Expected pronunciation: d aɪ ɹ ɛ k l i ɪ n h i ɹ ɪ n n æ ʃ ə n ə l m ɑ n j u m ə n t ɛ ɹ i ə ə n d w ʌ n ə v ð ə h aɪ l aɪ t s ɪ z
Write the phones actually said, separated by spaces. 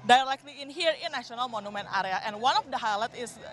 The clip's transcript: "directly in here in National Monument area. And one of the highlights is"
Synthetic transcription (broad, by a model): d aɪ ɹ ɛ k l i ɪ n h i ɹ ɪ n n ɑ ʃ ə n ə l m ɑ n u m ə n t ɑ ɹ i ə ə n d w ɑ n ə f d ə h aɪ l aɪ t ɪ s